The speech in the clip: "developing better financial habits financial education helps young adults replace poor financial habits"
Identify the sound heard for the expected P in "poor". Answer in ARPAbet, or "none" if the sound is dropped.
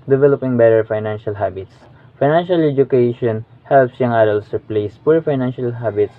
P